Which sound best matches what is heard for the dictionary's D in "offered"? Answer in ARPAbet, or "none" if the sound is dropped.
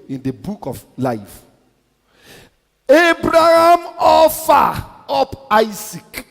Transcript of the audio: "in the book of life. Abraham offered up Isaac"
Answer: none